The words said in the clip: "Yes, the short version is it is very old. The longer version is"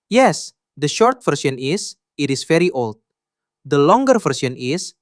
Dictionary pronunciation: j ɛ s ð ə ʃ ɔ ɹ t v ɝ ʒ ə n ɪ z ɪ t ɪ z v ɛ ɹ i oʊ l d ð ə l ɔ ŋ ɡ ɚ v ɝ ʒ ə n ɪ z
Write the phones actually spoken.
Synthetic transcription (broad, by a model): j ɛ s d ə ʃ ɔ ɹ t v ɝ s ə n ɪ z ɪ t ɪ s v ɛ ɹ i oʊ l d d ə l ɔ ŋ ɡ ɚ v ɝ s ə n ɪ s